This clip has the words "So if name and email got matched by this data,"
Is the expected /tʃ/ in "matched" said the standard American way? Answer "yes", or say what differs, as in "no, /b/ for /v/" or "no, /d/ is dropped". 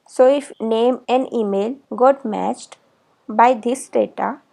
yes